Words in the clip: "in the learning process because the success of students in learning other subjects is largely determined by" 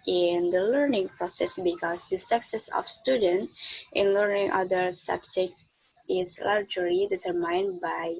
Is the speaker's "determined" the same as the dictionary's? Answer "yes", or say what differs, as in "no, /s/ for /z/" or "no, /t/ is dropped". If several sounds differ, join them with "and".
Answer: no, /s/ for /t/